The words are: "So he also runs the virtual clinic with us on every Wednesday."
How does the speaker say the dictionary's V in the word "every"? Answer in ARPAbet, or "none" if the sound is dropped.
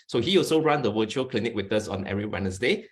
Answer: none